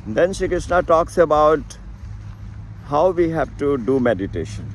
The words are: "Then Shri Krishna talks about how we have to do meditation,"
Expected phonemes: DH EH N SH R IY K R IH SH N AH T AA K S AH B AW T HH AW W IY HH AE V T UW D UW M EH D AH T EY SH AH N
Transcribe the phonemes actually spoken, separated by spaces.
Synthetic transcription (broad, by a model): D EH N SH IY K R IH SH N AH T AA K S AH B AW T HH AW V IY HH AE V T UW D UW M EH D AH T EY SH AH N